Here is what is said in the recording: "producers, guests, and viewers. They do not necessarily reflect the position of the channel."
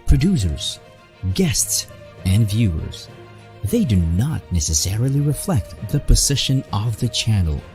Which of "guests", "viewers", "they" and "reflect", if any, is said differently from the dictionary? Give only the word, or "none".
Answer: none